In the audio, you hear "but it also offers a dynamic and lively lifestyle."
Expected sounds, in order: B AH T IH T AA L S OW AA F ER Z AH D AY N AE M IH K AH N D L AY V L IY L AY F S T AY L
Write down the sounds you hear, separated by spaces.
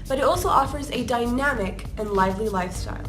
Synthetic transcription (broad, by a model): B AH T IH T AA L S OW AA F ER Z AH D AY N AE M IH K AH N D L AY V L IY L AY F S T AY L